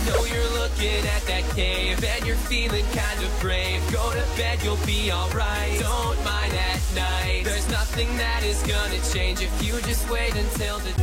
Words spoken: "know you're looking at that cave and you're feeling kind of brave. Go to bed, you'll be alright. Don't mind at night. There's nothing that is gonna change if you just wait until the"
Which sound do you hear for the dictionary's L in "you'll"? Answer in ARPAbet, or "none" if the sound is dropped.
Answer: L